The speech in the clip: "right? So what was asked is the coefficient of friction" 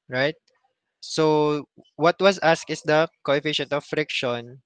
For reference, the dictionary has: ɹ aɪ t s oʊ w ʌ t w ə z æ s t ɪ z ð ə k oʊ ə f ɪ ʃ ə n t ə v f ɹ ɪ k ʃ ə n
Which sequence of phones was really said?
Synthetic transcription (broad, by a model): ɹ aɪ t s oʊ w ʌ t w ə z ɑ s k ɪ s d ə k oʊ ə f ɪ ʃ ə n t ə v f ɹ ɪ k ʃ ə n